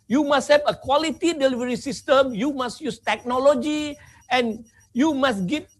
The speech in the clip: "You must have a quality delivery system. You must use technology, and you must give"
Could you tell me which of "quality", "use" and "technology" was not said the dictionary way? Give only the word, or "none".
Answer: none